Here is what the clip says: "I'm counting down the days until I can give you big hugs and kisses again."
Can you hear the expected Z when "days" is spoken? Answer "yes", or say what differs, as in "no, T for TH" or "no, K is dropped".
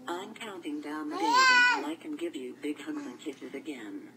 no, Z is dropped